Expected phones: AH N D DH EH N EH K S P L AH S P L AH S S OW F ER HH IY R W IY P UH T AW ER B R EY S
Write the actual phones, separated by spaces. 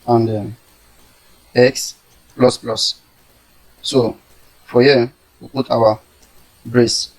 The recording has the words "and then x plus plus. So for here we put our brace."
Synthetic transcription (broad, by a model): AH N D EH EH K S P L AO S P L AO S S OW F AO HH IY W IY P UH T AW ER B R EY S